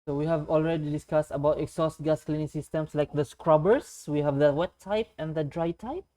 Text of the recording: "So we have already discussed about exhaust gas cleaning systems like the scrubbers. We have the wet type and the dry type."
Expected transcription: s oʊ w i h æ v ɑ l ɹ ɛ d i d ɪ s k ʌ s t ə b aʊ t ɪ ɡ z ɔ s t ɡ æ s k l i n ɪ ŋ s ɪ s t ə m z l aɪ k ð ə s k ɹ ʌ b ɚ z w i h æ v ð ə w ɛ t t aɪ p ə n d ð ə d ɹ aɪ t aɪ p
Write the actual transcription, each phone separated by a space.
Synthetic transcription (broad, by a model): s oʊ w i h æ v ɑ l ɹ ɛ d i d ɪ s k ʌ s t ə b aʊ t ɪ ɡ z ɔ s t ɡ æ s k l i n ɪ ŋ s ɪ s t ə m s l aɪ k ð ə s k ɹ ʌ b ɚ s w i h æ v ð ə w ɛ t t aɪ p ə n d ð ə d ɹ aɪ t aɪ p